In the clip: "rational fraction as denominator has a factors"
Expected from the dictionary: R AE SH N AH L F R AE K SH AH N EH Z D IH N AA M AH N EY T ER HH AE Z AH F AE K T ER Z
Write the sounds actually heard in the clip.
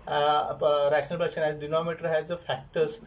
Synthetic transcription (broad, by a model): R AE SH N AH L P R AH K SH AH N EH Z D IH N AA M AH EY T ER HH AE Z AH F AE K T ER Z